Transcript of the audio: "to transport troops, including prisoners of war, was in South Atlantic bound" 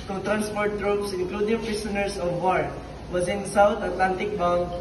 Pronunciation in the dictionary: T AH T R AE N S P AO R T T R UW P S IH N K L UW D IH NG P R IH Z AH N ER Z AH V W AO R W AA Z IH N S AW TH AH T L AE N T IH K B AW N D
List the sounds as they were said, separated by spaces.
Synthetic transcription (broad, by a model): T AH T R AE N S P AO R T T R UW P S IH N K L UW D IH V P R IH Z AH N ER S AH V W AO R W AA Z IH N S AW T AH T L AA N T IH K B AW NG